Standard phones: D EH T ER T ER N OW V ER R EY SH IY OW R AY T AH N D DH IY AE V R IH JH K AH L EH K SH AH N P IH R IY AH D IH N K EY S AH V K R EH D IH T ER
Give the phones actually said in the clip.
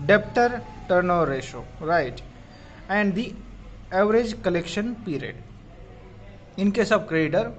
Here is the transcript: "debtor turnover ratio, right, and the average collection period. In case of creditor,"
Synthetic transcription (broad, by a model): D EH T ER T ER N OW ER R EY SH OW R AY T AH N D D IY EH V R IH JH K AH L EH K SH AH N P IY R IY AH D IH N K EY S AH B K R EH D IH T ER